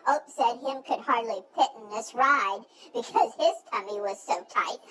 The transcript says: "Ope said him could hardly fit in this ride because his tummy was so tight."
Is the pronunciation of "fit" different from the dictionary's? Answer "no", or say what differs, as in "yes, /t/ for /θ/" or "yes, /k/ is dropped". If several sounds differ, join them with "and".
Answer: yes, /p/ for /f/